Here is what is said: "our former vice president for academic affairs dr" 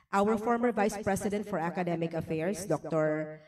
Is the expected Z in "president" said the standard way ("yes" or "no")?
no